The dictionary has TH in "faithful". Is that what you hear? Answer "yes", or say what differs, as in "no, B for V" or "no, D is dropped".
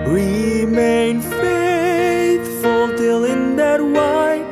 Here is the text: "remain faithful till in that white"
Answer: no, T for TH